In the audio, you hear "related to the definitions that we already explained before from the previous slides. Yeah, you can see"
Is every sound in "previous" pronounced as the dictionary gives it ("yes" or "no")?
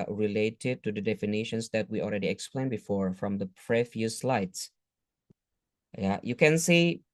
no